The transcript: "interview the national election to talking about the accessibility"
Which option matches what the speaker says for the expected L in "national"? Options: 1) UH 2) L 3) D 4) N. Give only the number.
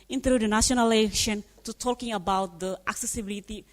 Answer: 4